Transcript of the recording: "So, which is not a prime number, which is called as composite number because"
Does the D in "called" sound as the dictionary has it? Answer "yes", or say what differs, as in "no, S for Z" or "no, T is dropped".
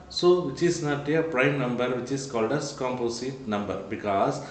yes